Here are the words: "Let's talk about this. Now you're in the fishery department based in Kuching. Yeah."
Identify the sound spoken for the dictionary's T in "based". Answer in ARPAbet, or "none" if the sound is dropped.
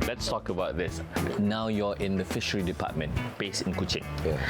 none